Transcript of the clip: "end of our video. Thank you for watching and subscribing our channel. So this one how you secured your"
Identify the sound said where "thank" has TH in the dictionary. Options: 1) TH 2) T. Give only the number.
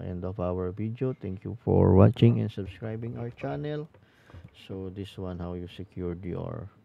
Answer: 2